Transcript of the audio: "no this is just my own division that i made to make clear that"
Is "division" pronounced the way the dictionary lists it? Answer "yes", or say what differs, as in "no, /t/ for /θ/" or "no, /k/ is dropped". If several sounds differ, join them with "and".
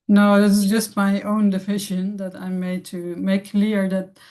no, /ʃ/ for /ʒ/